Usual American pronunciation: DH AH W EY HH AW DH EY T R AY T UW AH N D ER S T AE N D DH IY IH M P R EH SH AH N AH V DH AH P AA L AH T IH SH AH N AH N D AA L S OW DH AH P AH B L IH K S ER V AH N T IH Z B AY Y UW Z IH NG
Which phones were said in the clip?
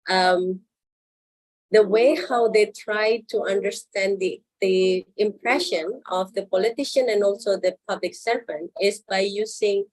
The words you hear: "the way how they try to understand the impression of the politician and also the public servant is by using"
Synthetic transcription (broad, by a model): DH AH W EY HH AW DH EY T R AY T UW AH N D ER S T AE N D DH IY IH M P R EH SH AH N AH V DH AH P AA L AH T IH SH AH N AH N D AA L S OW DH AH P AH B L IH K S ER AH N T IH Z B AY Y UW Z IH NG